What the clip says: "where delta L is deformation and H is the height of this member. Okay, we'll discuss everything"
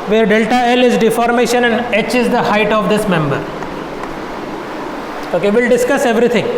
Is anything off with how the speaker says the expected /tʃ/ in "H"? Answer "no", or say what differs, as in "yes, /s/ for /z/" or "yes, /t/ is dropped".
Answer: no